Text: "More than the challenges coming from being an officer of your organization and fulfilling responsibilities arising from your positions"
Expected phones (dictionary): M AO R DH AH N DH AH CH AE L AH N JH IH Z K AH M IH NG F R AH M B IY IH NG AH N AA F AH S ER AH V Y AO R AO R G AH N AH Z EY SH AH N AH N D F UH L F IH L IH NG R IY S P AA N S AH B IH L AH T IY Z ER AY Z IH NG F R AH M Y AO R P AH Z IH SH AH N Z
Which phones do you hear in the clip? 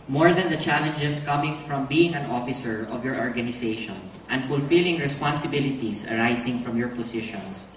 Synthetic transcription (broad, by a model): M AO R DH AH N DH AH CH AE L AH N JH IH S K AH M IH NG F R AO M B IY IH NG AH N AA F AH S ER AH V Y AO R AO R G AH N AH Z EY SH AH N AH N D F UH L F IH L IH NG R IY S P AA N S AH B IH L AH T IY S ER AY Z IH NG F R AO M Y AO R P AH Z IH SH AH N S